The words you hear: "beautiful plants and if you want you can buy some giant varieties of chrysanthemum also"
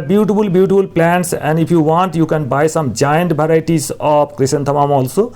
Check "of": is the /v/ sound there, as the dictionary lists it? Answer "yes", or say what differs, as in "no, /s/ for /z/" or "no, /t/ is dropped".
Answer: no, /p/ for /v/